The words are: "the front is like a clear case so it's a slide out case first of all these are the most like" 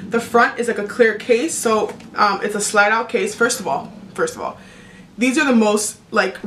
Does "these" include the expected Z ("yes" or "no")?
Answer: yes